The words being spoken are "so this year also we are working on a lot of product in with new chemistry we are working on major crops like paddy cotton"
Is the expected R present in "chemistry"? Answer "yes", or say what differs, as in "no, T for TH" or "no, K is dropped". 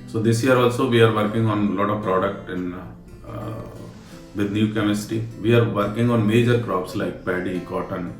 no, R is dropped